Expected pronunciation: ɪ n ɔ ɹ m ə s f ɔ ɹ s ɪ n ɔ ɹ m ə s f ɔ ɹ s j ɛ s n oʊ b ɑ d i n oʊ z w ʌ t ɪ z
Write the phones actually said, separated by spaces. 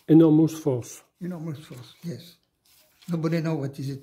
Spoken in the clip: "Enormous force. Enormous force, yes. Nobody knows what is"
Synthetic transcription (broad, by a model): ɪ n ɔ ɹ m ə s f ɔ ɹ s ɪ n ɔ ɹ m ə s f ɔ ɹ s j ɛ s n oʊ b ɑ d i n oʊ w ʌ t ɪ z